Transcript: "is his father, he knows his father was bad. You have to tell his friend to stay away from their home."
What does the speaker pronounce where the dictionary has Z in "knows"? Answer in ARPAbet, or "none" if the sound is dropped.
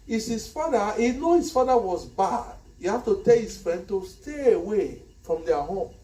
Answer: none